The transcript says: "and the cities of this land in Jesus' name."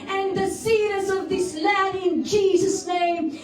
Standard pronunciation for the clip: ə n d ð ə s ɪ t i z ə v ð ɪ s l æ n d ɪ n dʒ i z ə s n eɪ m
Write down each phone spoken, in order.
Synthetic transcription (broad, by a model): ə n ð ə s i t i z ə v ð ɪ s l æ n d ɪ n dʒ i z ə s n eɪ m